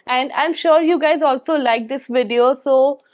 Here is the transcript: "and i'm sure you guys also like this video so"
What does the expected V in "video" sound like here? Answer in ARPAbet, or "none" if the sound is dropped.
V